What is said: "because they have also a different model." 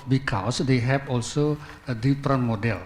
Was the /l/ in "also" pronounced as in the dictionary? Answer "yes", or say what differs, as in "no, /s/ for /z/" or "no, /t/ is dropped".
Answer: yes